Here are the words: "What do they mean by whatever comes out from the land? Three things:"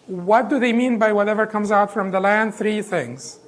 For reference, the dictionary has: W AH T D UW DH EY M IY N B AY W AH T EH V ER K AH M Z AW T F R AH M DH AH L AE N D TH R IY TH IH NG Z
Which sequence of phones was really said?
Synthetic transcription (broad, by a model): W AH T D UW DH EY M IY N B AY W AH T EH V ER K AH M Z AW T F R AH M DH AH L AE N D TH R IY TH IH NG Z